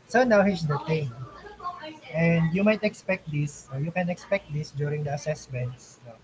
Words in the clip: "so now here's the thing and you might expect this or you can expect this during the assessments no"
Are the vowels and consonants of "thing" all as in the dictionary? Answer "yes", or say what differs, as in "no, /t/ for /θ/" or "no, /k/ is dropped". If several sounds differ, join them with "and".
no, /t/ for /θ/